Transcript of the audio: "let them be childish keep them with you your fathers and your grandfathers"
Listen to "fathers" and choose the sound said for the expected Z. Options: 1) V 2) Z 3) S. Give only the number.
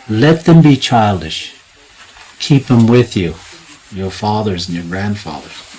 2